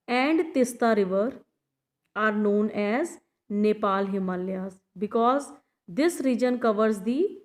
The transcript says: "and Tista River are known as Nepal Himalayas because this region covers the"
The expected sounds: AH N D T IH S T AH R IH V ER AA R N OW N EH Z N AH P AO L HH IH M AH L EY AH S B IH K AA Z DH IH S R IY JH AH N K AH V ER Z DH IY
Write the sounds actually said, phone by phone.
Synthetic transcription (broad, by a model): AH N D T IH S T AH R IH V ER AA R N OW N EH Z N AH P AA L HH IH M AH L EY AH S B IH K AA Z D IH S R IY JH AH N K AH V ER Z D IY